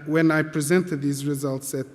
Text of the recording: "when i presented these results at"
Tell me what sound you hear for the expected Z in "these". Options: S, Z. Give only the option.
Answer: Z